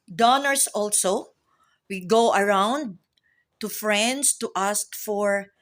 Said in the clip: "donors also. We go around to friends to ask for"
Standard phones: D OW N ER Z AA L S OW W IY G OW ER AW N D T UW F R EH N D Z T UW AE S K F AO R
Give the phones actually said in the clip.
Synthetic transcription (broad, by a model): D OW N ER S AA L S OW W IY G OW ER AW N D T UW F R EH N D S T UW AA S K F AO R